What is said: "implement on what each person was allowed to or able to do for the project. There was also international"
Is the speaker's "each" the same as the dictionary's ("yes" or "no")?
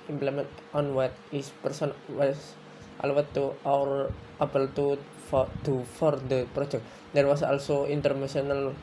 no